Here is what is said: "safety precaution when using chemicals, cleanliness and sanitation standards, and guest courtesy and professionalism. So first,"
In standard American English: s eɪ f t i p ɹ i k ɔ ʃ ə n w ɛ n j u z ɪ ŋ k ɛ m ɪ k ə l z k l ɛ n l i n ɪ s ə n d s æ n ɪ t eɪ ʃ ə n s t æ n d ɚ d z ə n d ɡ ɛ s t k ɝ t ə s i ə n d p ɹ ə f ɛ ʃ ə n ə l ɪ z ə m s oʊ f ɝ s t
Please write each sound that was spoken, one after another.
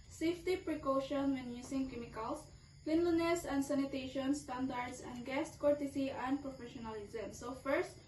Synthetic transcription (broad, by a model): s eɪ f t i p ɹ i k ɔ ʃ ə n w ɛ n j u s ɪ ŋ k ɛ m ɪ k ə l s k l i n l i n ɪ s ə n d s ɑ n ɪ t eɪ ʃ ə n s t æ n d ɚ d s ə n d ɡ ɛ s t k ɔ t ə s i ə n d p ɹ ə f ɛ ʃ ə n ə l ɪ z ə m s oʊ f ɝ s t